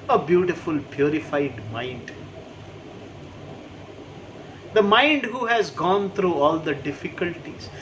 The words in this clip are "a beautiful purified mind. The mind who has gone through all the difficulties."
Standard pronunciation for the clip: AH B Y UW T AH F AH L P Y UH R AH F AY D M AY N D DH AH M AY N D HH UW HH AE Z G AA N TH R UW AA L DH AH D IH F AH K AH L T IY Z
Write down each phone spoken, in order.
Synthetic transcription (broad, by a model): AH B Y UW T AH F AH L P Y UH R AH F AY D M AY N D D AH M AY N D HH UW HH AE Z G AA N T R UW AA L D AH D IH F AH K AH L T IY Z